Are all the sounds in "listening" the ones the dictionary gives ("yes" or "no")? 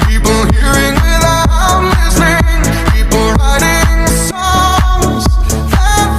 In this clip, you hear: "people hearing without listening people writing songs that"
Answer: no